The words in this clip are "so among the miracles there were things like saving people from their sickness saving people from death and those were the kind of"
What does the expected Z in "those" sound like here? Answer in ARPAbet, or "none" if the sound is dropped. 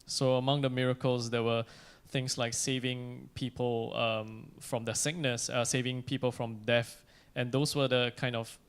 S